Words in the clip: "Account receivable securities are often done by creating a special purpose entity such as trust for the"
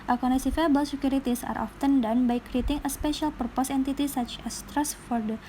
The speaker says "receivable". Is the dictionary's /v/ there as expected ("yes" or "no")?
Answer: no